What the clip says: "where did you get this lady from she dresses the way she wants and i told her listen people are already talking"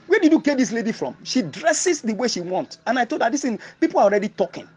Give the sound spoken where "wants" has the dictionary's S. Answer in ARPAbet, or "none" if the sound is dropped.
none